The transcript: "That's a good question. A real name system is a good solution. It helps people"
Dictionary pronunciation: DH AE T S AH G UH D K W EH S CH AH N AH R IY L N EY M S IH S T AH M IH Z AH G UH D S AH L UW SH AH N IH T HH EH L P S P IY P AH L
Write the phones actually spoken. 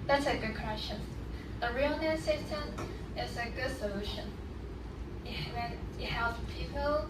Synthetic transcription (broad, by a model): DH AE T S AH G UH D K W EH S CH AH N AH R IY L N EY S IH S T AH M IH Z AH G UH D S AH L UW SH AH N IH T HH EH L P P IY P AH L